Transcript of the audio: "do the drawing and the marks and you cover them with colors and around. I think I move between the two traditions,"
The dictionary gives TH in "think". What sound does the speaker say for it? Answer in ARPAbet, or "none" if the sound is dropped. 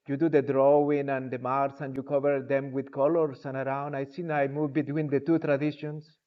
S